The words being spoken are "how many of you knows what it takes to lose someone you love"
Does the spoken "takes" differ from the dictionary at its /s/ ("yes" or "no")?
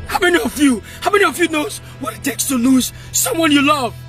no